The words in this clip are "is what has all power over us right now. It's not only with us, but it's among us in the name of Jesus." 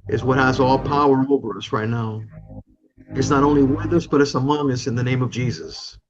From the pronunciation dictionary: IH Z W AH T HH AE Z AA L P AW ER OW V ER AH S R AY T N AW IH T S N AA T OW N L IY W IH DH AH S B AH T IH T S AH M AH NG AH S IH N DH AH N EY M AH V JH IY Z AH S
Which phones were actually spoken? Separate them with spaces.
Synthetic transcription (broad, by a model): IH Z W AH T HH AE Z AA L P AW ER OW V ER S R AY T N AW IH T S N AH T OW N L IY W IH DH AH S B AH T IH T S AH M AH NG AH S IH N DH AH N EY M AH V JH IY Z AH S